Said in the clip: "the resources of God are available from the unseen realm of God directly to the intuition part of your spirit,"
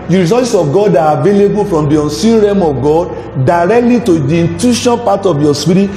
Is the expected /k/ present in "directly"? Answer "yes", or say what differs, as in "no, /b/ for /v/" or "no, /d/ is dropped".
yes